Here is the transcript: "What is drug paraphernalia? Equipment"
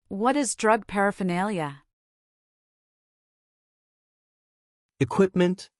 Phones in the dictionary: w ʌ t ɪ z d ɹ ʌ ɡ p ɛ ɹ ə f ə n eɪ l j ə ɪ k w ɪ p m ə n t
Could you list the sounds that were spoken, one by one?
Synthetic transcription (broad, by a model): w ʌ t ɪ z d ɹ ʌ ɡ p ɛ ɹ ə f ə n eɪ l j ə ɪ k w ɪ p m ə n t